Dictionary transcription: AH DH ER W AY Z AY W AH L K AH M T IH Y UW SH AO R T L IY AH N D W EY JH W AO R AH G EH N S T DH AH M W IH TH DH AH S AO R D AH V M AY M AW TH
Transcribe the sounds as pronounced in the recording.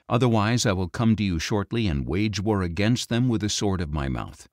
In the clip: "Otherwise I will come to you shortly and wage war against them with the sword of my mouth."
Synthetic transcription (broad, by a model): AH DH ER W AY Z AY W AH L K AH M T IH Y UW SH AO R T L IY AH N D W EY JH W AO R AH G EH N S T DH AH M W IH DH AH S AO R D AH V M AY M AW TH